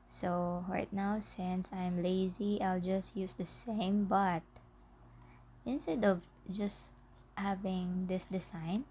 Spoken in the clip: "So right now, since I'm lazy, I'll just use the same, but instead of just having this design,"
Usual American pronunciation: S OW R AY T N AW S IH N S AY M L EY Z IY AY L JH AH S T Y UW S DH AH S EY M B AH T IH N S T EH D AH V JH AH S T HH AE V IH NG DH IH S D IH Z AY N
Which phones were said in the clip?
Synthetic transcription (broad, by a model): S OW R AY T N AW S IH N S AY M L EY Z IY AY L JH AH S T Y UW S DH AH S EY M B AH T IH N S T EH D AH V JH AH S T HH AE V IH NG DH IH S D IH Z AY N